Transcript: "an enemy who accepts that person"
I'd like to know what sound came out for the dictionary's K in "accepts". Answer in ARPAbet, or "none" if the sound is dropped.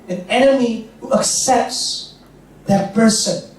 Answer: K